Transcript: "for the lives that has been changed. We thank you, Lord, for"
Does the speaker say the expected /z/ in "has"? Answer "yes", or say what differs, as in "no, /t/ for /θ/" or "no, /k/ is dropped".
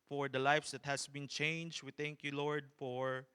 no, /s/ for /z/